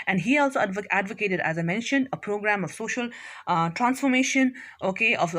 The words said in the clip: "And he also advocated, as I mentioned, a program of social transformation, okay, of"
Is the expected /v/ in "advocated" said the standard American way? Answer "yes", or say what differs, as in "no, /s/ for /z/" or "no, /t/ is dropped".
yes